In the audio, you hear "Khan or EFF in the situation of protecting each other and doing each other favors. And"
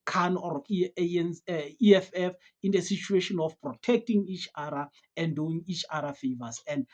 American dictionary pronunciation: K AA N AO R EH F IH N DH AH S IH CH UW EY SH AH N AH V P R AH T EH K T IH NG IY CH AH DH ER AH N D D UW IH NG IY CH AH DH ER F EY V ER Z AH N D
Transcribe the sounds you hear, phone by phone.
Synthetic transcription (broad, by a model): K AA N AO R EH F IH N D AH S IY CH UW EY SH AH N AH F P R AH T EH K T IH NG IY CH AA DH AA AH N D D UW IH NG IY CH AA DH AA F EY V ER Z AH N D